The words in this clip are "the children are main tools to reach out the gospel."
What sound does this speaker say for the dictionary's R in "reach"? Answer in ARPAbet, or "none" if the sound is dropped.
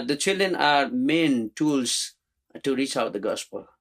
R